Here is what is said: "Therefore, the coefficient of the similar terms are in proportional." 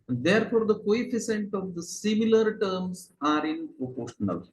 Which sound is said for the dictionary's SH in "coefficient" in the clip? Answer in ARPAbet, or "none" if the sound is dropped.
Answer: S